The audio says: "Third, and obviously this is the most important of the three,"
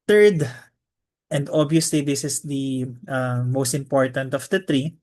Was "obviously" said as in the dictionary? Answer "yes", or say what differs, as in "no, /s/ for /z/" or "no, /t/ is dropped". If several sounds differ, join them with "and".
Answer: no, /v/ is dropped